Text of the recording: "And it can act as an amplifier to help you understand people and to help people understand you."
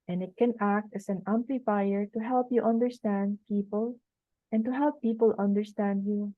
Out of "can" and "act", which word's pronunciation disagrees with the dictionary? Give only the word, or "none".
none